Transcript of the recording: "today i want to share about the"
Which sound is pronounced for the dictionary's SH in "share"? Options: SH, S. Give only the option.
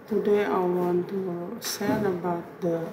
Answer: S